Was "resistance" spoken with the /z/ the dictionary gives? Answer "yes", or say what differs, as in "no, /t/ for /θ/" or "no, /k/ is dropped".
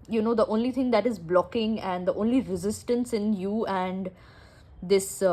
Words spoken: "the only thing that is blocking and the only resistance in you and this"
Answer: yes